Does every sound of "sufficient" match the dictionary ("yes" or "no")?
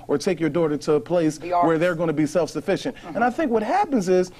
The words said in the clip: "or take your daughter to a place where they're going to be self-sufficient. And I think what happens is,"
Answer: yes